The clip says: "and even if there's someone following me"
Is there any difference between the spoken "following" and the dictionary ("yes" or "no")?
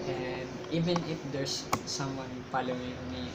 yes